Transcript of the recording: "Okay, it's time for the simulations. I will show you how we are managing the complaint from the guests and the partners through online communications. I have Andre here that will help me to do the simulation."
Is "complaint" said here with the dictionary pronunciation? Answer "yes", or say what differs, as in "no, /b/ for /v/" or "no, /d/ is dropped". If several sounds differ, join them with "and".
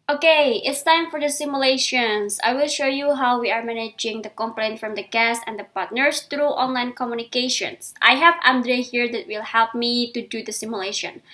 yes